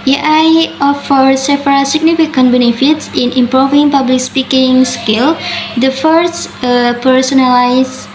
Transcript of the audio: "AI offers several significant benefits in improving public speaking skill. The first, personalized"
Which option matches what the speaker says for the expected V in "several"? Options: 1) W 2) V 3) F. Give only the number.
3